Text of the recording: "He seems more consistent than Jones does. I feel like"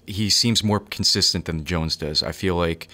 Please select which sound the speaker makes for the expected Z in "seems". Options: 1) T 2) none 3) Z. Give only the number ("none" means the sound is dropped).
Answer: 3